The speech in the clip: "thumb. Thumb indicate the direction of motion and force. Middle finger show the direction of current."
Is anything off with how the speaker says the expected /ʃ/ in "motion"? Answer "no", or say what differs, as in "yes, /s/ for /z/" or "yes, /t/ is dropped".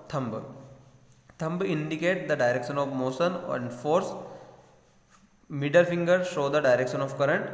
yes, /s/ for /ʃ/